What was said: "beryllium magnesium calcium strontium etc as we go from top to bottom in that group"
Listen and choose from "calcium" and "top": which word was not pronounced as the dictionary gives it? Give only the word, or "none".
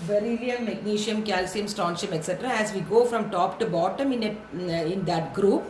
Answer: none